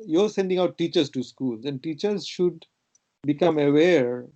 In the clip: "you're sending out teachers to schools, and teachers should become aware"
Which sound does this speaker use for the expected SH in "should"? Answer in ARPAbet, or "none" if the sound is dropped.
SH